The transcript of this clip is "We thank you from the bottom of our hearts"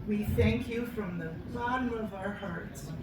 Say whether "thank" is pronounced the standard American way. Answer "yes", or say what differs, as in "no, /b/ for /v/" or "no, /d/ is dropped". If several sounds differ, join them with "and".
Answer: yes